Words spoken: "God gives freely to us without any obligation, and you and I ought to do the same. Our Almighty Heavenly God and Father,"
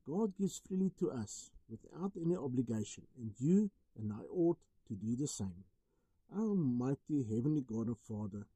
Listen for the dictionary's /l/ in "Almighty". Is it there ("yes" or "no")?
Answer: no